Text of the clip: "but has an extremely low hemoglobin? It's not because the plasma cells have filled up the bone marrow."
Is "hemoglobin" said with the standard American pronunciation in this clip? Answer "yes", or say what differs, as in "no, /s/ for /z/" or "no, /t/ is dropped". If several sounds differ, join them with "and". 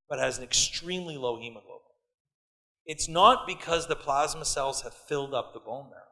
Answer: no, /b/ is dropped